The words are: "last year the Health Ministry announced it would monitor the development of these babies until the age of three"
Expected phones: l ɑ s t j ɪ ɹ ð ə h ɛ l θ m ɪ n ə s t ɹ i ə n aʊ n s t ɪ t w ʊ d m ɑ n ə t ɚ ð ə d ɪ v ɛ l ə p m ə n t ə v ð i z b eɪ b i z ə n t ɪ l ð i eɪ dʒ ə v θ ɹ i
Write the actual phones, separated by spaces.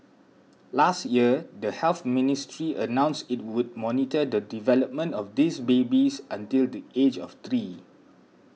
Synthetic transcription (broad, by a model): l ɑ s t j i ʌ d ə h ɛ l θ m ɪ n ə s t ɹ i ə n aʊ n s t ɪ t w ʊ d m ɑ n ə t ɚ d ə d ɪ v ɛ l ə p m ə n t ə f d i s b eɪ b i s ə n t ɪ l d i eɪ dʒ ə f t ɹ i